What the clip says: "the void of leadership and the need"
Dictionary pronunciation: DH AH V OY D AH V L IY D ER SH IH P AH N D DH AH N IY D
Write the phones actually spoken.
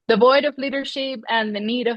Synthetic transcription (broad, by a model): DH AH V OY D AH V L IY D ER SH IH P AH N DH AH N IY D